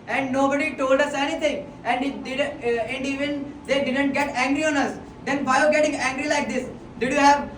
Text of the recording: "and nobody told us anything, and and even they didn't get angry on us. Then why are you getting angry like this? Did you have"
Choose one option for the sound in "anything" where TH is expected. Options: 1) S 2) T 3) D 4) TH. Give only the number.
2